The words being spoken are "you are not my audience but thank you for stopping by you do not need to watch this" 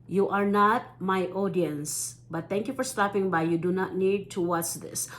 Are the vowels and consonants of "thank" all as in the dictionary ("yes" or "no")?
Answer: no